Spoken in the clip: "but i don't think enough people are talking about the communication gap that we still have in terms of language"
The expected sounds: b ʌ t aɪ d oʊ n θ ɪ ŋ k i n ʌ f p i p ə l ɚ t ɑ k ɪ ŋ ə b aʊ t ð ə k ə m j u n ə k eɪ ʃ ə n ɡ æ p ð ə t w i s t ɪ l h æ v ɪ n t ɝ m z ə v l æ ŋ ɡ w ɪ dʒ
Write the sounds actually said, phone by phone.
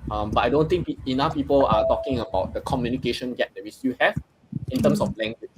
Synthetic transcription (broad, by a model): b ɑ t aɪ d oʊ n t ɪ ŋ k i n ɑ f p i p ə l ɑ t ɑ k ɪ ŋ ə b aʊ t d ə k ə m j u n ə k eɪ ʃ ə n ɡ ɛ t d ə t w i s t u h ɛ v ɪ n t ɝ m s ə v l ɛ ŋ ɡ w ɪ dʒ